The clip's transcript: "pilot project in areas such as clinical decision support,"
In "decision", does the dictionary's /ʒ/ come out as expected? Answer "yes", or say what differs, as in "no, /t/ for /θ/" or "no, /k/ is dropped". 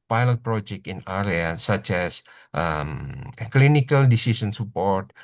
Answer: no, /s/ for /ʒ/